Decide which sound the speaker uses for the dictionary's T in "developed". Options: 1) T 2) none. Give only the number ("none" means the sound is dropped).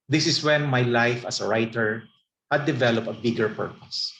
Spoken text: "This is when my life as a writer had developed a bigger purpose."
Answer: 2